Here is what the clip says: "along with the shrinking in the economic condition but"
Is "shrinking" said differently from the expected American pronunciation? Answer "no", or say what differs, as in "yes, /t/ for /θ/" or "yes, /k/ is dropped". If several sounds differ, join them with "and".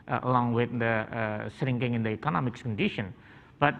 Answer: yes, /s/ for /ʃ/